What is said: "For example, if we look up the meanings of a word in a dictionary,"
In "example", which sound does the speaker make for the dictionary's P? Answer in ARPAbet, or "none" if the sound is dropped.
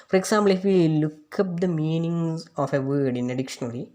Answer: B